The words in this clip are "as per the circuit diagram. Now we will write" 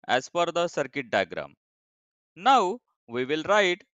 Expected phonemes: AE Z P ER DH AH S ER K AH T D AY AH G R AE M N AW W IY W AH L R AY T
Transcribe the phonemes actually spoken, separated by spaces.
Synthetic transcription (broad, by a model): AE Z F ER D AH S ER K AH T D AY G R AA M N AW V IY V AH L R AY T